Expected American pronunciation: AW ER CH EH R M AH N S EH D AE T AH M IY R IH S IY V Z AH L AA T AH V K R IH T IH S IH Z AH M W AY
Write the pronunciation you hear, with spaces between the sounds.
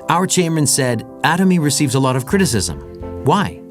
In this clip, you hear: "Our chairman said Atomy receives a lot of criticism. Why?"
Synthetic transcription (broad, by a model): AW ER CH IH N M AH N S EH D AE T AH M IY R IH S IY V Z AH L AA T AH V K R IH T IH S IH Z AH M W AY